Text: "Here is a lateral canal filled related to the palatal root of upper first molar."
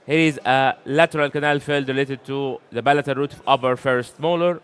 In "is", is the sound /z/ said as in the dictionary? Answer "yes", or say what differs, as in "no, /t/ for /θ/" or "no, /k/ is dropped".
yes